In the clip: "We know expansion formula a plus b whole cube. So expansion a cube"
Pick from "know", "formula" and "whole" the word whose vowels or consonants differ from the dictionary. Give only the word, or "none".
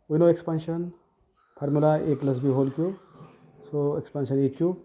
formula